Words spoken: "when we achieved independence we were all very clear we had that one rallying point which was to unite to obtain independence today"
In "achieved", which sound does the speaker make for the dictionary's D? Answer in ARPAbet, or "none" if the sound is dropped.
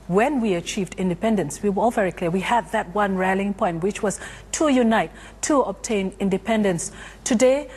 D